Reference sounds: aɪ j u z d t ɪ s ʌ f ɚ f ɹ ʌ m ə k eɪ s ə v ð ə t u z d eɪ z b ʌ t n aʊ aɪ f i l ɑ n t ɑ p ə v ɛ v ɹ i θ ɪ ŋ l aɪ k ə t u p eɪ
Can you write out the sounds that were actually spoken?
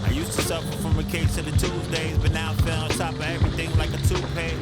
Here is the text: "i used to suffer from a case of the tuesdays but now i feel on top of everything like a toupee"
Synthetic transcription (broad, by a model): aɪ j u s t ɪ s ʌ f ɚ f ɹ ʌ m ə k eɪ s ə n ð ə t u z d eɪ z b ʌ t n aʊ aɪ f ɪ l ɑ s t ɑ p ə ɛ v ɹ i θ ɪ ŋ l aɪ k ə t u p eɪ